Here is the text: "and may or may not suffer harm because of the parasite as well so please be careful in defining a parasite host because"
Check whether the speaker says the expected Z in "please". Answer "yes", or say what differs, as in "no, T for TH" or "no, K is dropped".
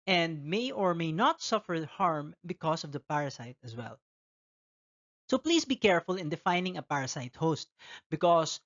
no, S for Z